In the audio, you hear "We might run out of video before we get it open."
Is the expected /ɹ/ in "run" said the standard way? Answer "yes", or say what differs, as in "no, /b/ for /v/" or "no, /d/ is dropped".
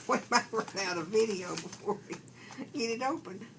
no, /w/ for /ɹ/